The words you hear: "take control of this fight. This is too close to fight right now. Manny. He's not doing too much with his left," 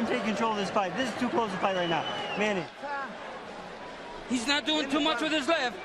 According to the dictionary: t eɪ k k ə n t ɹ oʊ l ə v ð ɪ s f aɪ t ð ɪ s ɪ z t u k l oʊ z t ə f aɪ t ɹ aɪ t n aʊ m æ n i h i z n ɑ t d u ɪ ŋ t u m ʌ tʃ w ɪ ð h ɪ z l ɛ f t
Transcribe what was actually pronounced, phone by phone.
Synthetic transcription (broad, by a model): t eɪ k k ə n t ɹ oʊ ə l ð ɪ s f aɪ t ð ɪ s ɪ z t u k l oʊ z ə f aɪ t ɹ aɪ t n aʊ m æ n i h i z n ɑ t d u ɪ ŋ t u m ʌ tʃ w ɪ ð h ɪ z l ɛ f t